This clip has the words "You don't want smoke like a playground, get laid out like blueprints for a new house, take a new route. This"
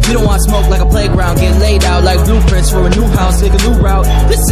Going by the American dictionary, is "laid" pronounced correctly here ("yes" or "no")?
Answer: yes